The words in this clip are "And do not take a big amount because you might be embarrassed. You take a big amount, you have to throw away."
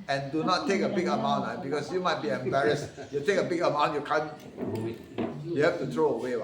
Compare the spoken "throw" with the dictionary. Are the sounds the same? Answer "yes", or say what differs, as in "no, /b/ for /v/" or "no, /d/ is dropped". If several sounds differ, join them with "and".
no, /t/ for /θ/